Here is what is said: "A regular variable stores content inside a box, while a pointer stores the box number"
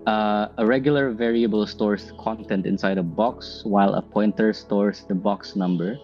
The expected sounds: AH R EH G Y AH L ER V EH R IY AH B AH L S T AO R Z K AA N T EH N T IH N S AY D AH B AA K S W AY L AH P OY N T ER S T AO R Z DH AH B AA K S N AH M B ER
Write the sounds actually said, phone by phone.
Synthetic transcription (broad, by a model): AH R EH G Y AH L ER V EH R IY AH B AH L S T AO R S K AA N T EH N T IH N S AY D AH B AA K S W AY L AH P OY N T ER S T AO R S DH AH B AA K S N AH M B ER